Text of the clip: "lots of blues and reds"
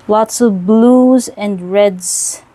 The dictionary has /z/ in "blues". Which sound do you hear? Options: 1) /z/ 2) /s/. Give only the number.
1